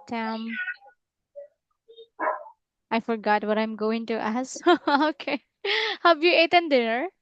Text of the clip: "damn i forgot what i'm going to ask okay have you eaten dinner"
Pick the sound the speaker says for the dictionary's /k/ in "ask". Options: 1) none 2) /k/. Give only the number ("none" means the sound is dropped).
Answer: 1